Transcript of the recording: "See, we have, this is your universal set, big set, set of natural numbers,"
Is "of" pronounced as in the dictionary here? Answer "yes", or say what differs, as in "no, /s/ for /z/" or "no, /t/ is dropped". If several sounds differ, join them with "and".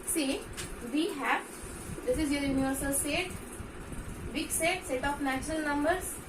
no, /p/ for /v/